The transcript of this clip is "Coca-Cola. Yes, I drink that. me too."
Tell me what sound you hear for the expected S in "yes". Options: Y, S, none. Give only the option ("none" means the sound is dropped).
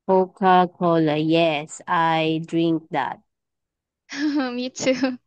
S